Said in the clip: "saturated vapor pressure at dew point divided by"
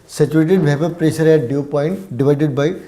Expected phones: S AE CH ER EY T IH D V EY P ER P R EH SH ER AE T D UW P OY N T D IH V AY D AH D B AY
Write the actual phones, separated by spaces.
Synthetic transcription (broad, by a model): S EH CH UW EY T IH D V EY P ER P R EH S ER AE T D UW P OY N T D IH V AY D AH D B AY